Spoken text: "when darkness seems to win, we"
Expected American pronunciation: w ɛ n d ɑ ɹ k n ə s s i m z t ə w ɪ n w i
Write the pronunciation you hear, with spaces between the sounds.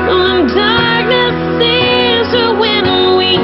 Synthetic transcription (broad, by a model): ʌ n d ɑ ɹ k n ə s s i z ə w ɪ n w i